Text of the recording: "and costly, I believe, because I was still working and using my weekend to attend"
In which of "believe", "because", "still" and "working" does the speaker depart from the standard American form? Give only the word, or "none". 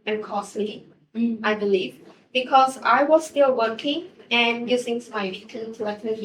none